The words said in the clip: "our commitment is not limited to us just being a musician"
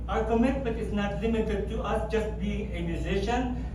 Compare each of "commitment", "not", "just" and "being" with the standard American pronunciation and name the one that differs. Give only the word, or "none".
commitment